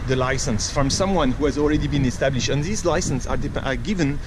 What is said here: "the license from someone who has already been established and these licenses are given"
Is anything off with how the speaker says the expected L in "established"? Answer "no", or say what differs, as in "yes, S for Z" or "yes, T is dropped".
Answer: no